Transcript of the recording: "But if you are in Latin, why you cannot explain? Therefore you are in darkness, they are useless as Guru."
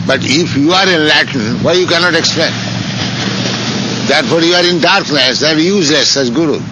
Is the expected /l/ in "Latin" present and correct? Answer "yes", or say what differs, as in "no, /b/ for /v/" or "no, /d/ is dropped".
yes